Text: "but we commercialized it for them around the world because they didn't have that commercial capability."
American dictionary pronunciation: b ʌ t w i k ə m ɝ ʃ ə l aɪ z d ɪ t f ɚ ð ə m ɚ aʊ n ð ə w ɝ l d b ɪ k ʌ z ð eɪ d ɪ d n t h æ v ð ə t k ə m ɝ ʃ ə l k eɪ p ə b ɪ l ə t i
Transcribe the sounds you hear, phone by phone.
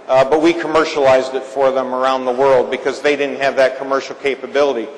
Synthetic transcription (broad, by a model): b ʌ t w i k ə m ɝ ʃ ə l aɪ z d ɪ t f ɚ ð ə m ɚ aʊ n ð ə w ɝ l d b ɪ k ʌ z ð eɪ d ɪ d n t h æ v ð ə t k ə m ɝ ʃ l k eɪ p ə b ɪ l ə t i